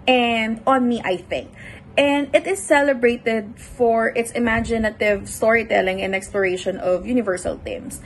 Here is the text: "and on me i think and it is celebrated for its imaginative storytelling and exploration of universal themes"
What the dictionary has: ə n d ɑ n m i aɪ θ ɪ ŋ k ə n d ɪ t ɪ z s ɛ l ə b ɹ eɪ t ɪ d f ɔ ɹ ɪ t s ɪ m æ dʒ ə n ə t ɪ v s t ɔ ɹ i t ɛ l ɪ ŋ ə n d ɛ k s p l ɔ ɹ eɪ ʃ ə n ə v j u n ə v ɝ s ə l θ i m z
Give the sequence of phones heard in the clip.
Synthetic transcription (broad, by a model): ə n d ɑ n m i aɪ θ ɪ ŋ k ə n d ɪ t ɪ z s ɛ l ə b ɹ eɪ t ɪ d f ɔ ɹ ɪ t s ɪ m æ dʒ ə n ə t ɪ v s t ɔ ɹ i t ɛ l ɪ ŋ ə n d ɛ k s p l ɔ ɹ eɪ ʃ ə n ə v j u n ə v ɝ s ə l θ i m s